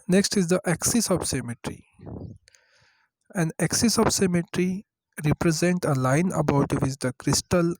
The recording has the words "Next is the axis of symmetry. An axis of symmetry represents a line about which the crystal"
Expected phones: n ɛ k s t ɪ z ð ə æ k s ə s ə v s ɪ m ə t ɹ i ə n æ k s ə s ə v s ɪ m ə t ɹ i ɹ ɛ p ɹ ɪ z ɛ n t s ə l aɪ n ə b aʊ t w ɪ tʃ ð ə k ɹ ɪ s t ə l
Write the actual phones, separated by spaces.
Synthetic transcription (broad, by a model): n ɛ k s t ɪ z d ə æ k s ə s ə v s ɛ m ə t ɹ i ə n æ k s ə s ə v s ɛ m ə t ɹ i ɹ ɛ p ɹ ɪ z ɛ n t ə l aɪ n ə b aʊ t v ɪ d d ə k ɹ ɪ s t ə l